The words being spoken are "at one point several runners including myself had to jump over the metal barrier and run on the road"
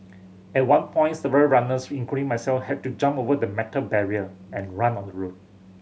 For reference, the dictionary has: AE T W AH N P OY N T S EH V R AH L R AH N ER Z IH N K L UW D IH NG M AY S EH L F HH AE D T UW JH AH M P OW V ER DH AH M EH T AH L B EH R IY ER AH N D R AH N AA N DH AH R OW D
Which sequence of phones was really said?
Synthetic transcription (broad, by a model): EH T W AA N P OY N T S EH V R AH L R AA N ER S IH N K UW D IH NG M AY S EH L F HH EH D T UW JH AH M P OW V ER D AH M EH T AH L B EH R IY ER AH N R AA N AA N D AH R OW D